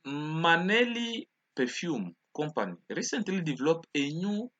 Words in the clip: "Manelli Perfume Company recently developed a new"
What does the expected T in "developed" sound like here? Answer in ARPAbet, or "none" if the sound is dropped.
none